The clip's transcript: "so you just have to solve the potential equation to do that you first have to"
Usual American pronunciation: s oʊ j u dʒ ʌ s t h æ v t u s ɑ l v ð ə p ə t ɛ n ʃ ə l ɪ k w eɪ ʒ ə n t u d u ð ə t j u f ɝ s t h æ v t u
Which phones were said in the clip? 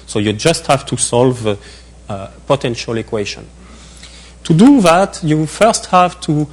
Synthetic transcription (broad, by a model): s oʊ j u dʒ ʌ s t h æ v t u s ɑ l v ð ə p ə t ɛ n ʃ ə l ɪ k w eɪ ʃ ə n t u d u ð ə t j u f ɝ s t h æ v t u